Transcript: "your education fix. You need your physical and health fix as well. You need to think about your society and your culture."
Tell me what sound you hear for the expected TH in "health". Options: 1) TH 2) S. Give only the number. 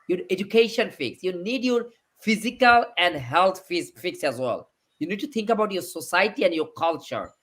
2